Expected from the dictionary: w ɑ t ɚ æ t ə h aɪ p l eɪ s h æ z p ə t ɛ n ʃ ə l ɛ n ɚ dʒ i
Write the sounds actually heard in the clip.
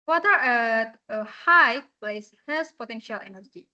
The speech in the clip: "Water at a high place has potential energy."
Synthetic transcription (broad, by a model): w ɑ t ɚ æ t ə h aɪ p l eɪ s h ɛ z p ə t ɛ n ʃ ə l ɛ n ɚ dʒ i